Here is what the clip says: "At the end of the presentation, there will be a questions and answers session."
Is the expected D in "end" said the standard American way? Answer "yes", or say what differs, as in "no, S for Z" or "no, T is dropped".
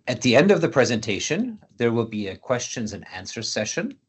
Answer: yes